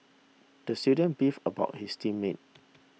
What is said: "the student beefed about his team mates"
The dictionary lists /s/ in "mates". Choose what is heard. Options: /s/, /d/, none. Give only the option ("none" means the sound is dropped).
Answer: none